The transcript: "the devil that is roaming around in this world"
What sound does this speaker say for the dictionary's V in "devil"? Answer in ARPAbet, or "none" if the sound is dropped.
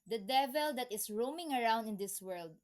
V